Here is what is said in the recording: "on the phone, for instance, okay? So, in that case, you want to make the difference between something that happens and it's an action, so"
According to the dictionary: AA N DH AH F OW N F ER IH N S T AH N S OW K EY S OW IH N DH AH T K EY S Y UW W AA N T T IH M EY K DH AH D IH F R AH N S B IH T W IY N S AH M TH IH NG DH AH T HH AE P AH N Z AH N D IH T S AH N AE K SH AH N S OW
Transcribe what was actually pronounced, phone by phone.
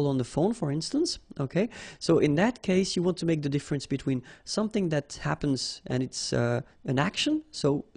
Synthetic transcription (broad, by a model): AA N DH AH F OW N F ER IH N S T AH N S OW K EY S OW IH N DH AH T K EY S Y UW W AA N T T IH M EY K DH AH D IH F R AH N S B IH T W IY N S AH M TH IH NG DH AH T HH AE P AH N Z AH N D IH T S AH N AE K SH AH N S OW